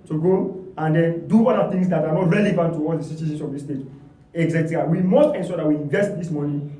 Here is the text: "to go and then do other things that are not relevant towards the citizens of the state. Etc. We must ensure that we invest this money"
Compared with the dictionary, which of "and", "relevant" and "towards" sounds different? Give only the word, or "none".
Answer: towards